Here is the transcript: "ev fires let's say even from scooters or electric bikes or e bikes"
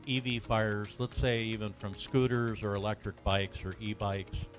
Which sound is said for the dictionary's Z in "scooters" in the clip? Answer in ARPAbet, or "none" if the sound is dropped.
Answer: Z